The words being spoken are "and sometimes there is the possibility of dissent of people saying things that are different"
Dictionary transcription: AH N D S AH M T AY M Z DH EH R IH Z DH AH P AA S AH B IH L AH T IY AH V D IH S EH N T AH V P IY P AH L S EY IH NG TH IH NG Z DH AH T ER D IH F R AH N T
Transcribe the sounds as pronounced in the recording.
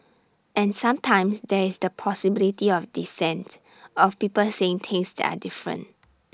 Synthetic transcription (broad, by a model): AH N S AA M T AY M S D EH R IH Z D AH P AA S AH B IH L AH T IY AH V D IH S EH N T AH F P IY P AH L S EY IH NG T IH NG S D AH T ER D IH F R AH N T